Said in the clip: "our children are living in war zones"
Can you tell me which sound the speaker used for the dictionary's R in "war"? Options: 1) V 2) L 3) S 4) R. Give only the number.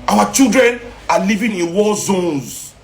2